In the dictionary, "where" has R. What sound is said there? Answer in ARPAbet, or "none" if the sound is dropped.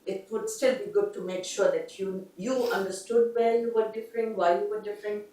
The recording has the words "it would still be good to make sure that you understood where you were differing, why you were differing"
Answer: L